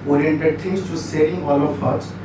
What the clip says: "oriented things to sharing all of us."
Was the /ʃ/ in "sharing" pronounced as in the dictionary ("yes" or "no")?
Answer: no